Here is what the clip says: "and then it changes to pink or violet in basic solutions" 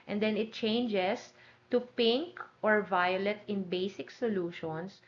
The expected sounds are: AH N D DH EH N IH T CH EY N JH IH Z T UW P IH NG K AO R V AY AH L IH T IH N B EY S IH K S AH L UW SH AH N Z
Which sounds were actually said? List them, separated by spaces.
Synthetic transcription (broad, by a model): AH N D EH N IH T CH EY N JH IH S T UW P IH NG K AO R V AY AH L IH T IH N B EY S IH K S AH L UW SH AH N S